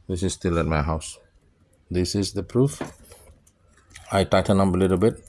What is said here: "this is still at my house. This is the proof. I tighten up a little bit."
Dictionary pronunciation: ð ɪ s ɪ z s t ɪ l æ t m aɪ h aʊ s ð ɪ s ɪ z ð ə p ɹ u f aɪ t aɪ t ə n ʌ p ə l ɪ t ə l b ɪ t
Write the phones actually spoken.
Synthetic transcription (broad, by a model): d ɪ s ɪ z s t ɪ l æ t m aɪ h aʊ s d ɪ s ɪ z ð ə p ɹ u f aɪ t aɪ t ə n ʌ b ə l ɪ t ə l b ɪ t